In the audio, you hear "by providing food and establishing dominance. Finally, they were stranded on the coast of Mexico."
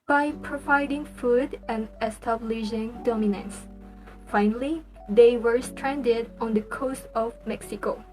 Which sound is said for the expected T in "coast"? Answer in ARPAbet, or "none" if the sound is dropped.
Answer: T